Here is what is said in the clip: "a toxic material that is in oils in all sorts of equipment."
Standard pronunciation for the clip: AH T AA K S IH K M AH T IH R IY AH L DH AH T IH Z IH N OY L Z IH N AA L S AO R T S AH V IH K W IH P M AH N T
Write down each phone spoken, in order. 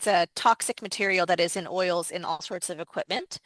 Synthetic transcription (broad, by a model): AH T AA K S IH K M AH T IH R IY L DH AH T IH Z IH N OY L Z IH N AA L S AO R T S AH V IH K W IH P M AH N T